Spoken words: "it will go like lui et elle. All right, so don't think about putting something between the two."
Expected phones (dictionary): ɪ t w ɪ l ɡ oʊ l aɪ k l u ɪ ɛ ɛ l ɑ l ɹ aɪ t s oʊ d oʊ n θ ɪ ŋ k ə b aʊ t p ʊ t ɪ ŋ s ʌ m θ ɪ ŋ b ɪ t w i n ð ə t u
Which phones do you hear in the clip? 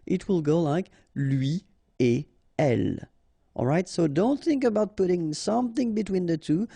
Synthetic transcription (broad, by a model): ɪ t w ɪ l ɡ oʊ l aɪ k l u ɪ ɛ ɛ l ɑ l ɹ aɪ t s oʊ d oʊ n θ ɪ ŋ k ə b aʊ t p ʊ t ɪ ŋ s ʌ m θ ɪ ŋ b ɪ t w i n ð ə t u